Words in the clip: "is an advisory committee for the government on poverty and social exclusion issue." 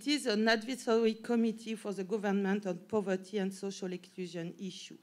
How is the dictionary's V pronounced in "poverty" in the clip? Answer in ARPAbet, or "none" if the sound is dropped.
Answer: V